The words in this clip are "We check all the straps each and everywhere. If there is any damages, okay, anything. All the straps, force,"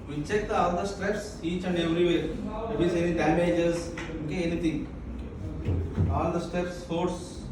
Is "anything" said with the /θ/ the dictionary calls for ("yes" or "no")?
no